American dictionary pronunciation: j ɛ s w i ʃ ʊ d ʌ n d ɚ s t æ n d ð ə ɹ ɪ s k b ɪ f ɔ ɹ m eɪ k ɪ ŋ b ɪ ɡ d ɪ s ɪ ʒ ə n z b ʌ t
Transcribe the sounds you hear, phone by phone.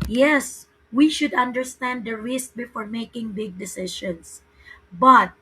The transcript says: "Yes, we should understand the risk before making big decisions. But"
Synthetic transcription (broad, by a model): j ɛ s w i ʃ ʊ d ʌ n d ɚ s t æ n d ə ɹ ɪ s k b ɪ f ɔ ɹ m eɪ k ɪ ŋ b ɪ ɡ d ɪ s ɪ ʃ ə n s b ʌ t